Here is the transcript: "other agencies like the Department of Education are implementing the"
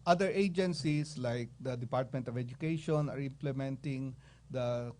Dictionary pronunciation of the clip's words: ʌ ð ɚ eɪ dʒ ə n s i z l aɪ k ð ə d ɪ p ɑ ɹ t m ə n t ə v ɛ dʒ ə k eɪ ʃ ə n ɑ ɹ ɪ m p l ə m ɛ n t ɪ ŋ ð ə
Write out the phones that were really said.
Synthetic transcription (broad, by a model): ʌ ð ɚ eɪ dʒ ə n s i s l aɪ k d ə d ɪ p ɑ ɹ t m ə n t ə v ɛ dʒ ə k eɪ ʃ ə n ɑ ɹ ɪ m p l ə m ɛ n t ɪ ŋ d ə